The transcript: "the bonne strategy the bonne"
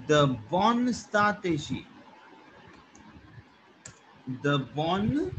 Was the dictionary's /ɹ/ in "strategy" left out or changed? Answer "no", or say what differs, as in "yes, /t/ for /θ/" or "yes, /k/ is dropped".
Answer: yes, /ɹ/ is dropped